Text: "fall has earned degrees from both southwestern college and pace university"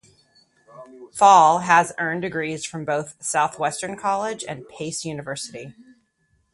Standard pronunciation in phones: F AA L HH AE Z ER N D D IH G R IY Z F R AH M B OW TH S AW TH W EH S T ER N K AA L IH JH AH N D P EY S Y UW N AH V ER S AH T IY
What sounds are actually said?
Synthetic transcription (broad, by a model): F AA L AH Z ER N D D IH G R IY Z F R AH M B OW TH S AW TH W EH S T ER N K AA L IH JH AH N P EY S Y UW N AH V ER S AH T IY